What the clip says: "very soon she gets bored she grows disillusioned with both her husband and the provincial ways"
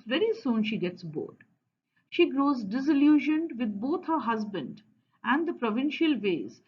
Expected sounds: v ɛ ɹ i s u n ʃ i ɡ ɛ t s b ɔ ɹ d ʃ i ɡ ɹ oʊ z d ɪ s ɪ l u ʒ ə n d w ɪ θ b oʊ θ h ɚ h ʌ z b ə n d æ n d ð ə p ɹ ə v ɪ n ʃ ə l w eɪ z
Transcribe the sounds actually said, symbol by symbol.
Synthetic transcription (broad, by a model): v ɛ ɹ i s u n ʃ i ɡ ɛ t s b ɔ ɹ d ʃ i ɡ ɹ oʊ z d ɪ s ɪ l u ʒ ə n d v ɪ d b oʊ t h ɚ h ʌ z b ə n d æ n d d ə p ɹ ə v ɪ n ʃ ə l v eɪ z